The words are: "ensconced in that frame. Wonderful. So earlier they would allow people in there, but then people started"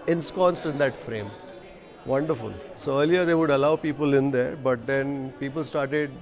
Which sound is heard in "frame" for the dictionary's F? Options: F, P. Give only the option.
F